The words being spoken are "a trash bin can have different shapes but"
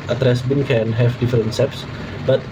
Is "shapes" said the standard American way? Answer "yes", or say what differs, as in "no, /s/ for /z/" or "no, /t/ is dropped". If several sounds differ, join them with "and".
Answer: no, /s/ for /ʃ/